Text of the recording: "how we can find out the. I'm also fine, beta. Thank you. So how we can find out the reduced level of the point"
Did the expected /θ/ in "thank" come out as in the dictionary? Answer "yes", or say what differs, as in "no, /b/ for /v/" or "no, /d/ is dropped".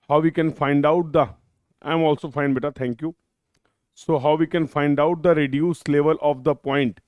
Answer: no, /t/ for /θ/